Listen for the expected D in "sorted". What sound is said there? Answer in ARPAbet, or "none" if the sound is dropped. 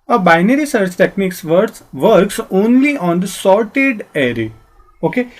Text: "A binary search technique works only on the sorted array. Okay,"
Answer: D